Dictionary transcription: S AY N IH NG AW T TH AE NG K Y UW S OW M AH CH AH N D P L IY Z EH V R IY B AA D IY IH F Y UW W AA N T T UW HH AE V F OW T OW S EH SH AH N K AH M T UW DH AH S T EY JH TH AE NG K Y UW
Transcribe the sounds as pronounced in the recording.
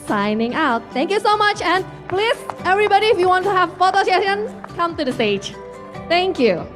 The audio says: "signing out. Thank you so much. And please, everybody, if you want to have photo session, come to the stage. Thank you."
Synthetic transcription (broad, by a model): S AY N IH NG AW T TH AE NG K Y UW S OW M AH CH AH N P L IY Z EH V R IY B AA D IY IH F Y UW W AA N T T UW HH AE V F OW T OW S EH AH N K AH M T UW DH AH S T EY JH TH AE NG K Y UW